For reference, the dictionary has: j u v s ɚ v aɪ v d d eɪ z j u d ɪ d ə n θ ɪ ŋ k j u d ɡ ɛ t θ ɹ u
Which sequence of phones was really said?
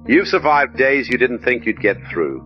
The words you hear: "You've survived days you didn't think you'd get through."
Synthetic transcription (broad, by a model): j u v s ɚ v aɪ v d d eɪ z j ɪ d ɪ d n θ ɪ ŋ k j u d ɡ ɛ t θ ɹ u